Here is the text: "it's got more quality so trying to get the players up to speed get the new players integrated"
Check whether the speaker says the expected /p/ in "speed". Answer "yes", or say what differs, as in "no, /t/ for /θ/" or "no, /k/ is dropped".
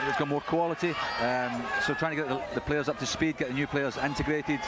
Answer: yes